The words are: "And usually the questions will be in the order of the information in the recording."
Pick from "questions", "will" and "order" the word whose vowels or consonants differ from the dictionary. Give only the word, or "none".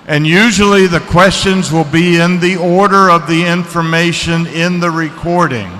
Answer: none